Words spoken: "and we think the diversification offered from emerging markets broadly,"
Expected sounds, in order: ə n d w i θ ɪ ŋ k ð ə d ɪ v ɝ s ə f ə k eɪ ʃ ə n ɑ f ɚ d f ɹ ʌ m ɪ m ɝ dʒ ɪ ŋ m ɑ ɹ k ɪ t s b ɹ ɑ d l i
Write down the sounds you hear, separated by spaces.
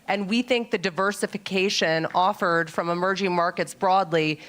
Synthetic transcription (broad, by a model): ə n w i θ ɪ ŋ k ð ə d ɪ v ɝ s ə f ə k eɪ ʃ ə n ɑ f ɚ d f ɹ ʌ m ɪ m ɝ dʒ ɪ ŋ m ɑ ɹ k ɪ t s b ɹ ɑ d l i